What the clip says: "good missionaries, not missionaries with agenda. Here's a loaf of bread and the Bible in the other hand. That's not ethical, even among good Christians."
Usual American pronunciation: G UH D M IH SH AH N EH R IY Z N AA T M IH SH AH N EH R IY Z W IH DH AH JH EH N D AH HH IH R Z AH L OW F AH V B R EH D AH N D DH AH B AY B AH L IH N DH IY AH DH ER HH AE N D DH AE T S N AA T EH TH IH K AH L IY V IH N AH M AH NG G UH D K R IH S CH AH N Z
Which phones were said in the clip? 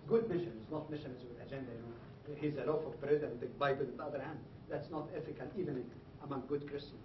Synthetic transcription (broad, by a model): G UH D M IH SH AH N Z N AA T M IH SH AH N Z W IH DH AH JH EH N D AH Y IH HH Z AH L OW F AH V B R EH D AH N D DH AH B AY B AH L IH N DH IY AH DH ER HH AE N D DH AE T S N AA T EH F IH K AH L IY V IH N AH M AH NG G UH D K R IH S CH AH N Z